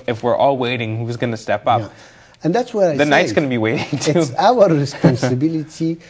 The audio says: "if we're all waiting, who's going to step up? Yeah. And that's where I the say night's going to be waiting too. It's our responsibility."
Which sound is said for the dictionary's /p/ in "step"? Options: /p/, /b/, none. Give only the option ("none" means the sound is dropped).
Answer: /p/